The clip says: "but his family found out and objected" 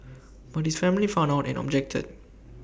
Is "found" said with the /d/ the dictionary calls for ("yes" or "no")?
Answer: no